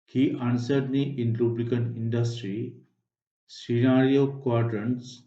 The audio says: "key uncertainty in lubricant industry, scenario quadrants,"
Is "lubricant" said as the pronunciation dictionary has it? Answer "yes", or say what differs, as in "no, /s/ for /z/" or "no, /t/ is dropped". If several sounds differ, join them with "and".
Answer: no, /l/ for /ɹ/ and /t/ is dropped